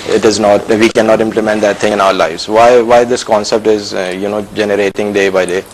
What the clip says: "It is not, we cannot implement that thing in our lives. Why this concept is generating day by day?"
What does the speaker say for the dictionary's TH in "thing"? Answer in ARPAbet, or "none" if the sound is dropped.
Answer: T